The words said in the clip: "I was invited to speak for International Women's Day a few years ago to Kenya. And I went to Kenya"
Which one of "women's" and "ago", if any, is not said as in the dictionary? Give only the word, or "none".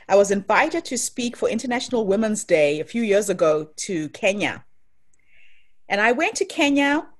none